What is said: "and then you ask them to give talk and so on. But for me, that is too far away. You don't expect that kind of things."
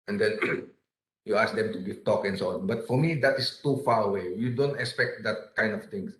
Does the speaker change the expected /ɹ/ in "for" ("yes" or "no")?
no